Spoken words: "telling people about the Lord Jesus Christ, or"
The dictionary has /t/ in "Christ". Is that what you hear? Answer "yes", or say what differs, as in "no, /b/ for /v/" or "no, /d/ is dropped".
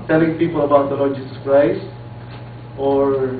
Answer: yes